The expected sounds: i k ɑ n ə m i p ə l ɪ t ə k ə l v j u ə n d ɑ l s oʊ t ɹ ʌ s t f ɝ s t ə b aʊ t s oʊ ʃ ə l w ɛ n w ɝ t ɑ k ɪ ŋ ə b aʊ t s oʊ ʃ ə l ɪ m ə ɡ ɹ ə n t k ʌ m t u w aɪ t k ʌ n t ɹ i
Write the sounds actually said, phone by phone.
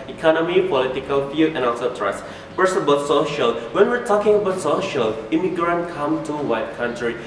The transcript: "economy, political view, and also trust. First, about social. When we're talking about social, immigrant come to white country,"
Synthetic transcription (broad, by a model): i k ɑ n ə m i p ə l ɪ t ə k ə l f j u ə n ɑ s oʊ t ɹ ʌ s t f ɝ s ə b aʊ t s oʊ ʃ ə l w ɛ n w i t ɑ k ɪ ŋ ə b aʊ t s oʊ ʃ ə l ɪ m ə ɡ ɹ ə n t k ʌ m t u w aɪ t k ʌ n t ɹ i